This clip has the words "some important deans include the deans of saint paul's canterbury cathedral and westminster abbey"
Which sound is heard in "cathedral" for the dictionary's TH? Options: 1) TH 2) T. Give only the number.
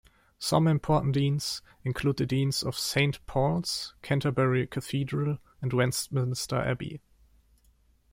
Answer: 1